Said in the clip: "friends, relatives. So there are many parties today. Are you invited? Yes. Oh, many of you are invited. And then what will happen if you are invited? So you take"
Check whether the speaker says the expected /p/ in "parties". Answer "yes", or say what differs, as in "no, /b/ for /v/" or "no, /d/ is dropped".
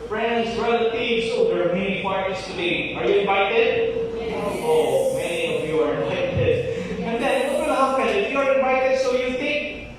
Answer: no, /f/ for /p/